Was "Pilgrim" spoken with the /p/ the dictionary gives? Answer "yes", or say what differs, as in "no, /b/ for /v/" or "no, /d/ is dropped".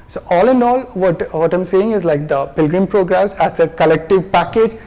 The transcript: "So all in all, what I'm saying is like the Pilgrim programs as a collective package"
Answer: yes